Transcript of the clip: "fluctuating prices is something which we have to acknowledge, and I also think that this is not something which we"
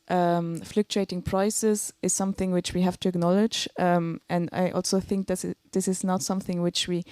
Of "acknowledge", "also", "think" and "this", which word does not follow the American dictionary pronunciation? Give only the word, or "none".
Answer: none